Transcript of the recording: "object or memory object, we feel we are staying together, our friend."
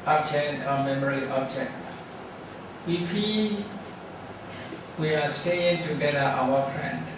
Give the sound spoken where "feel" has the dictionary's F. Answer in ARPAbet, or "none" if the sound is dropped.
P